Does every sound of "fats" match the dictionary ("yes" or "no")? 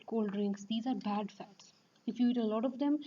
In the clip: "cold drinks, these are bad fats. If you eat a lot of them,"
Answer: yes